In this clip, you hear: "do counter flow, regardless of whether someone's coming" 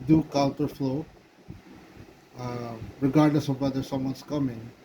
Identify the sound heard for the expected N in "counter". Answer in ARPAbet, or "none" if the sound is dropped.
L